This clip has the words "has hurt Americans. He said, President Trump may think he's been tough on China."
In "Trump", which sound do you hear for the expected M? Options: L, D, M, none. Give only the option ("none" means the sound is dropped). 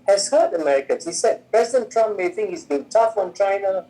M